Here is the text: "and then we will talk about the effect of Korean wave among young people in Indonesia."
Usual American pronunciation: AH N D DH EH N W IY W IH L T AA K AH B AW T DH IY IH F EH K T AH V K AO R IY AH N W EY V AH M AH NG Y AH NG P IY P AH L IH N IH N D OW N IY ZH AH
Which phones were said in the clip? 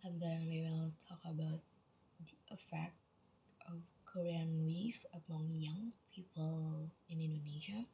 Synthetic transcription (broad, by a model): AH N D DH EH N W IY W IH L T AA K AH B AW T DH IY IH F EH K T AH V K AO R IY AH N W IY F AH M AH NG Y AH NG P IY P AH L IH N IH N D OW N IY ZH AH